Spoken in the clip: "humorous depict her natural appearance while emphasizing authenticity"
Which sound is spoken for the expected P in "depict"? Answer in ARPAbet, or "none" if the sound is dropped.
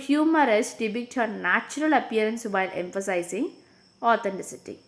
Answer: B